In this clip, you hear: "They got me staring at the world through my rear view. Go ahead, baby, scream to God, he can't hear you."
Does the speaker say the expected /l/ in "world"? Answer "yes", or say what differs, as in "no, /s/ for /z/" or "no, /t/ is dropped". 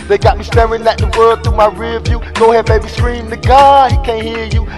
no, /l/ is dropped